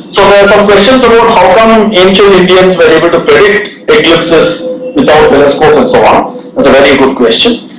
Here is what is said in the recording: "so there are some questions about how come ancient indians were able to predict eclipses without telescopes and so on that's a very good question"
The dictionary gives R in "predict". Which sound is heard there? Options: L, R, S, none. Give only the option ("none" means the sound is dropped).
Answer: R